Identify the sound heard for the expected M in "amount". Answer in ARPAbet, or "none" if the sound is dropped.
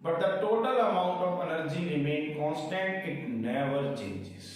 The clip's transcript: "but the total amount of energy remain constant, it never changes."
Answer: M